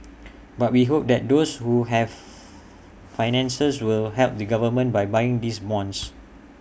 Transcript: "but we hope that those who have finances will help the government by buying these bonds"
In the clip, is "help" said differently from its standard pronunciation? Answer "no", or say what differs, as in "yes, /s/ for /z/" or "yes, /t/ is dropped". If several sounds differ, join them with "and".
no